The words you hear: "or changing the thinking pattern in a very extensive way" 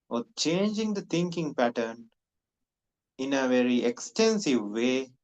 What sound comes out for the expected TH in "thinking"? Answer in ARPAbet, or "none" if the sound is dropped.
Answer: T